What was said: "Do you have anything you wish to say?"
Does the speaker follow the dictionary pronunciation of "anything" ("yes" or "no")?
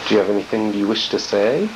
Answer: yes